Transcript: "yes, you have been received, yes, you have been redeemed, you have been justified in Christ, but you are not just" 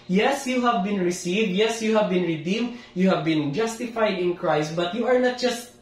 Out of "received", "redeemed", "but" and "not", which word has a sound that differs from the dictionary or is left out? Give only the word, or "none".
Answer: none